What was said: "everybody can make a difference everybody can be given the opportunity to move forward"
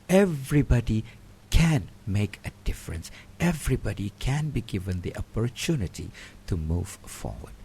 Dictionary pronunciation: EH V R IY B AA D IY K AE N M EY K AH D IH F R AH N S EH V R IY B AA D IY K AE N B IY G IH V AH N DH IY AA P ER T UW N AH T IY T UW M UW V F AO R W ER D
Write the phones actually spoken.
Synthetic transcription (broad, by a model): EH V R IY B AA D IY K AE N M EY K AH D IH F R AH N S EH V R IY B AA D IY K AE N B IY G IH V AH N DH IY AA P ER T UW N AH T IY T UW M UW V F AO R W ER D